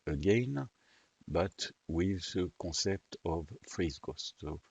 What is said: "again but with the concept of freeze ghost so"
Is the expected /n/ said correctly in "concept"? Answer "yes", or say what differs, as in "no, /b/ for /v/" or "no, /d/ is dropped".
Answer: no, /n/ is dropped